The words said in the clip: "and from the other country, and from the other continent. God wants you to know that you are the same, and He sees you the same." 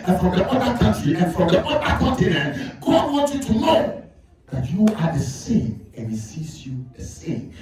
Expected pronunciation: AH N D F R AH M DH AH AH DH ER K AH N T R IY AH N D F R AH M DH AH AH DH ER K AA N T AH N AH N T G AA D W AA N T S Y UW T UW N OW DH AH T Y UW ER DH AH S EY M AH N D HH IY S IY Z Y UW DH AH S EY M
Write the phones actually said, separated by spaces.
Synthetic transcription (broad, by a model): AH N F R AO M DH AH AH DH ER K AH N T R IY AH N F R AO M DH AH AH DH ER K AA N T AH N AH N T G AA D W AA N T Y UW T UW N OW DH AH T Y UW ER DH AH S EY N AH N HH IY S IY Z Y UW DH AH S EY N